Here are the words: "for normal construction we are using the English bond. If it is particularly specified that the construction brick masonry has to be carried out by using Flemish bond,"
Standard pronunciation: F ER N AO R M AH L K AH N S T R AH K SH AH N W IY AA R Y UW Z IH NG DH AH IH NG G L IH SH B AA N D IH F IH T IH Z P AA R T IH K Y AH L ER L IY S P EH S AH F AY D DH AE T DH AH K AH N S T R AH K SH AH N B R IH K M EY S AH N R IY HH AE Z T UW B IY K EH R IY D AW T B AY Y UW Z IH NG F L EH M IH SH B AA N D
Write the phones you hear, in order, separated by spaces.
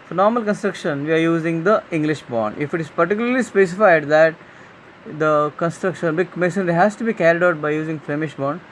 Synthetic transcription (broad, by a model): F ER N AO R M AH L K AH N S T R AH K SH AH N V IY AA R Y UW Z IH NG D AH IH NG G L IH SH B AA N D IH F IH T IH Z P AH R T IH K Y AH L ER L IY S P EH S AH F AY D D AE T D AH K AH N S T R AH K SH AH N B IH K M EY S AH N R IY HH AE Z T UW B IY K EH R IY D AW T B AY Y UW Z IH NG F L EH M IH SH B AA N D